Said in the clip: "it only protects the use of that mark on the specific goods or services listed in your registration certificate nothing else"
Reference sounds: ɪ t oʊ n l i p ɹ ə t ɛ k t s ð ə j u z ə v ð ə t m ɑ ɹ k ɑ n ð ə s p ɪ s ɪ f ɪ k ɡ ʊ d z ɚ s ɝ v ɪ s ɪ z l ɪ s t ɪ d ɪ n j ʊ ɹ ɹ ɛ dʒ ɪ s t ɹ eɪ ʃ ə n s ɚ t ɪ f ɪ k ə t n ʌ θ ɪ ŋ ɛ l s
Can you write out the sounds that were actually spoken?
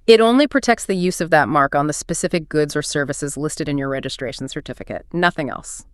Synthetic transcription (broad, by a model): ɪ t oʊ n l i p ɹ ə t ɛ k t s ð ə j u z ə v ð ə t m ɑ ɹ k n ð ə s p ɪ s ɪ f ɪ k ɡ ʊ d z ɚ s ɝ v ɪ s ɪ z l ɪ s t ɪ d ɪ n j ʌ ɹ ɹ ɛ dʒ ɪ s t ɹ eɪ ʃ n s ɚ t ɪ f ɪ k ə t n ʌ θ ɪ ŋ ɛ l s